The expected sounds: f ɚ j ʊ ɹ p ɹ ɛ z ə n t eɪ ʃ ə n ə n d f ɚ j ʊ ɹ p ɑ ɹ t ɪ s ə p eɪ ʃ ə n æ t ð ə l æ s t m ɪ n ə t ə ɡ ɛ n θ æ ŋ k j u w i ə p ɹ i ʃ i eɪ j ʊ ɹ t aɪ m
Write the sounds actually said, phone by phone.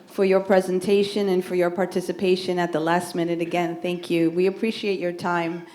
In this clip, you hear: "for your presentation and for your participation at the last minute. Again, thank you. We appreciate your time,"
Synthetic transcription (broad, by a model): f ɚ j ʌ ɹ p ɹ ɛ z ə n t eɪ ʃ ə n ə n f ɚ j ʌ ɹ p ɑ ɹ t ɪ s ə p eɪ ʃ ə n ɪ t ð ə l æ s t m ɪ n ə t ə ɡ ɛ n θ æ ŋ k j u w i ə p ɹ i ʃ i eɪ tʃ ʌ ɹ t aɪ m